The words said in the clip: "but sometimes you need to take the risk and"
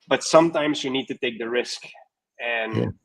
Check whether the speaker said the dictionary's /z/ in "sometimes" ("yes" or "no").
yes